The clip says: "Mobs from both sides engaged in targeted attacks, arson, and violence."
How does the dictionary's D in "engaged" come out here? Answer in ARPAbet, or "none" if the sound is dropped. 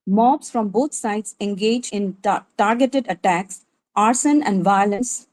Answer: none